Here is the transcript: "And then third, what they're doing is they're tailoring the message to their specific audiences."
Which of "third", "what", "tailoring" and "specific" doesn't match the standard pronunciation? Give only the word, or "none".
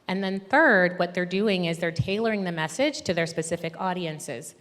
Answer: none